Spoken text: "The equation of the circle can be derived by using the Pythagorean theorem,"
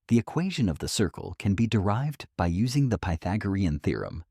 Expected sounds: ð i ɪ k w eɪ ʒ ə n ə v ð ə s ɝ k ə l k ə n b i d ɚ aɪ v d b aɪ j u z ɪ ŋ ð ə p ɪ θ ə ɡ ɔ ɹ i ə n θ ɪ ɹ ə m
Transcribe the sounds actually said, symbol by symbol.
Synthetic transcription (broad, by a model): ð i ɪ k w eɪ ʒ ə n ə v ð ə s ɝ k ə l k ə n b i d ɚ aɪ v d b aɪ j u z ɪ ŋ ð ə p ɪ θ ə ɡ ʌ ɹ i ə n θ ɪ ɹ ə m